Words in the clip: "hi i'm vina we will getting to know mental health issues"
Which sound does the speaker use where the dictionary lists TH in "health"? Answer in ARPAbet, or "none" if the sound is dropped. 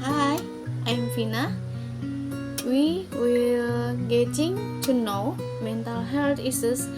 T